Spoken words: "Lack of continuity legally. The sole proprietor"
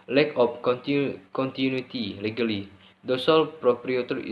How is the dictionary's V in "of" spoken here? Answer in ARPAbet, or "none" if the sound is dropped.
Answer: P